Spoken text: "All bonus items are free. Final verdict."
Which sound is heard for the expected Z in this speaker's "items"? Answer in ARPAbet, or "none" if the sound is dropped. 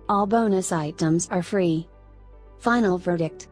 Z